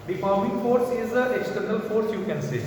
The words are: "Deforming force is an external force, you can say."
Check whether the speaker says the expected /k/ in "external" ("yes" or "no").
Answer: yes